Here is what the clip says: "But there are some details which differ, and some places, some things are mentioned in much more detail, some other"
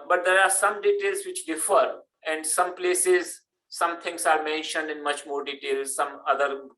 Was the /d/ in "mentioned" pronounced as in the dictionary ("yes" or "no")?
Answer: yes